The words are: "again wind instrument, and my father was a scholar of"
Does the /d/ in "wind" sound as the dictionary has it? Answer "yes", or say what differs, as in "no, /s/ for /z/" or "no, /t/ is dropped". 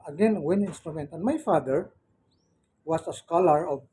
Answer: no, /d/ is dropped